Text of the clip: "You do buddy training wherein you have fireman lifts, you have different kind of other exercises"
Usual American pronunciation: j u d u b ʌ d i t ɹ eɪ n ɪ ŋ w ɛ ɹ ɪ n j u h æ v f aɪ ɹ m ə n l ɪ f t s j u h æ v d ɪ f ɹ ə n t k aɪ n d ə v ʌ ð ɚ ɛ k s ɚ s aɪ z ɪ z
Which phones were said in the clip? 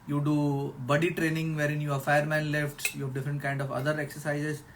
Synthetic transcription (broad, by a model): j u d u b ʌ d i t ɹ eɪ n ɪ ŋ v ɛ ɹ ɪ n j u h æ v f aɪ ɹ m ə n l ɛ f t j u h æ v d ɪ f ɹ ə n t k aɪ n d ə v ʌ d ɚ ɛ k s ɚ s aɪ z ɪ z